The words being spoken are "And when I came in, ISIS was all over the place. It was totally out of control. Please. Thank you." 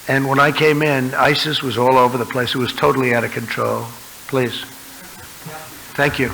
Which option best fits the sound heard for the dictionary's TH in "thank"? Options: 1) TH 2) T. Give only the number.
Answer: 1